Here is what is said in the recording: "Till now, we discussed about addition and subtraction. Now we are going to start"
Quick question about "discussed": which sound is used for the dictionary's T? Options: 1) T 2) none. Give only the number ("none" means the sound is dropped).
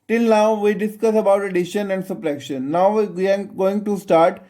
2